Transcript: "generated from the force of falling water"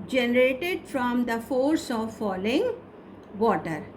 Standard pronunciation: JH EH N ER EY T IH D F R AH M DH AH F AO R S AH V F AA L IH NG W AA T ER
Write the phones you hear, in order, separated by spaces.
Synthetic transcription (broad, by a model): JH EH N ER EY T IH D F R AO M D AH F AO R S AH V F AA L IH NG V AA T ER